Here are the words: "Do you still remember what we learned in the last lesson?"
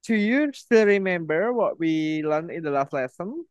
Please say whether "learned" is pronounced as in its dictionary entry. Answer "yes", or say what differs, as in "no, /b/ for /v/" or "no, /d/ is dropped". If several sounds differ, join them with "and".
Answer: no, /d/ is dropped